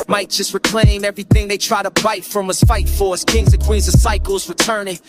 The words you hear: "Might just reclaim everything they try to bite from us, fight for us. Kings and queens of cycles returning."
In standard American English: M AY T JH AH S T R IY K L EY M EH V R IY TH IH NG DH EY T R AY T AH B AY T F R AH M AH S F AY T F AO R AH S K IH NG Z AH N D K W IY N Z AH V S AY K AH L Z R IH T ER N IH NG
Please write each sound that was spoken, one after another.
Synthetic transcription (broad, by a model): M AY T JH AH S T R IY K L EY M EH V R IY TH IH NG DH EY T R AY T AH B AY T F R AH M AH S F AY T F AO R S K IH NG Z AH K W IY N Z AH S AY K L Z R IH T ER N IH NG